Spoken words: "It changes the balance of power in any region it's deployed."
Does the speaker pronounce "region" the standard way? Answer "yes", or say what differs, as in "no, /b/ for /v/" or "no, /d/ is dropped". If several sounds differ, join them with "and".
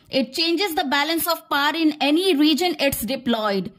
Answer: yes